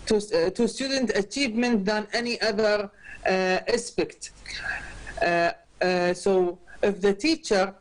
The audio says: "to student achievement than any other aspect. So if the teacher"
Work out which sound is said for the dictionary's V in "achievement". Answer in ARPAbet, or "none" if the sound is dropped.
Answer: V